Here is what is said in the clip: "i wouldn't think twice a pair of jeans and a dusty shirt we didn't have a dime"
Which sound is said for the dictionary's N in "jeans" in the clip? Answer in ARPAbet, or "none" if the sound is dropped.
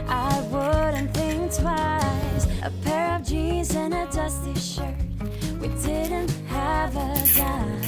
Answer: none